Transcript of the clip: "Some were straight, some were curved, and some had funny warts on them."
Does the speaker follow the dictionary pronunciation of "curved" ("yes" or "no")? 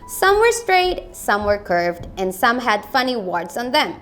yes